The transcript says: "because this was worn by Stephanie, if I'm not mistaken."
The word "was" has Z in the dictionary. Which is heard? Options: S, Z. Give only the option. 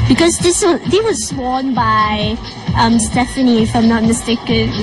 S